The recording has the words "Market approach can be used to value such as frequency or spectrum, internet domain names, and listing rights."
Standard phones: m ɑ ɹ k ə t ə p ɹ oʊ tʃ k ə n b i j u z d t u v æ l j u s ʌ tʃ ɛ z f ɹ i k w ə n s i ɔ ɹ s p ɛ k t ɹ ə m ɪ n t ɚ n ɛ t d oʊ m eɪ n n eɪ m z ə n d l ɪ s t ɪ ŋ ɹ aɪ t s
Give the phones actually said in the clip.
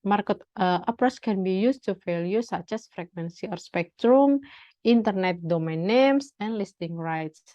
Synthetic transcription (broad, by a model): m ɑ ɹ k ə t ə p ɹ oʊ s k ə n b i j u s t u f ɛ l j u s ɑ tʃ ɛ s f ɹ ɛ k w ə n s i ɔ ɹ s p ɛ k t ɹ ə m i n t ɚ n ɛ t d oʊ m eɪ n n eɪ m s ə n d l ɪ s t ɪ ŋ ɹ aɪ t s